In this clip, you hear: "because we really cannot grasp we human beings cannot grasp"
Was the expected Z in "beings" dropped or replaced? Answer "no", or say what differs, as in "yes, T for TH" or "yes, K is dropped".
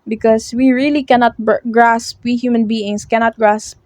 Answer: yes, S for Z